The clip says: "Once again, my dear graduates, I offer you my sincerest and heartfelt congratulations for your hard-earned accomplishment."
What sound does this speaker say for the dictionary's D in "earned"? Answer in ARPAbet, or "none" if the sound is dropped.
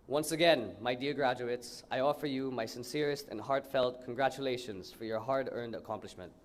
D